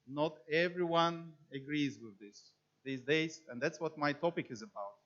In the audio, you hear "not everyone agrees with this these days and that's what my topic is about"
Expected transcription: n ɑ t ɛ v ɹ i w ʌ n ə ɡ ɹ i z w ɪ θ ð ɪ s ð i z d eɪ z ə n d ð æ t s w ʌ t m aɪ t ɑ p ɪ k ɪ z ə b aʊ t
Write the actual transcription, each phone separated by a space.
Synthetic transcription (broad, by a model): n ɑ t ɛ v ɹ i w ʌ n ə ɡ ɹ i z w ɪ ð ɪ s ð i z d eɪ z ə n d ð æ t s w ʌ t m aɪ t ɑ p ɪ k ɪ z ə b aʊ t